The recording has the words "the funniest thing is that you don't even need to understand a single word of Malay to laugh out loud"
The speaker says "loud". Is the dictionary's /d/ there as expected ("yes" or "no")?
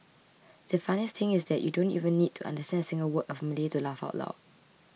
no